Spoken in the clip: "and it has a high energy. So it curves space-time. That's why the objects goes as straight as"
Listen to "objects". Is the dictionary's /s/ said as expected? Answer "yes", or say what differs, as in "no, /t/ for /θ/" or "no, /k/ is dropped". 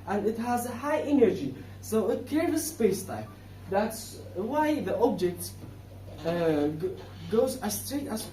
no, /s/ is dropped